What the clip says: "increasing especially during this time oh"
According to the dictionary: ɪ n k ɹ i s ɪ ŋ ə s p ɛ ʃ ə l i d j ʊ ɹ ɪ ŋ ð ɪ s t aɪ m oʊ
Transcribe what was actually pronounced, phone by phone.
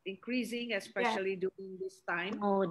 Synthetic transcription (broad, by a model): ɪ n k ɹ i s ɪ ŋ ə s p ɛ ʃ ə l i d j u ɪ ŋ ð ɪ s t aɪ m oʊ